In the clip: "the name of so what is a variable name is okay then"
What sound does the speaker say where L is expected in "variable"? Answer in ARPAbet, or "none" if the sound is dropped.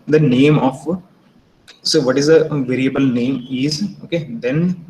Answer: L